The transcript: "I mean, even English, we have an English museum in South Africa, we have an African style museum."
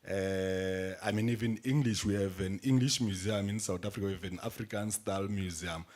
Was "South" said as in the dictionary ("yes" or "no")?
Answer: no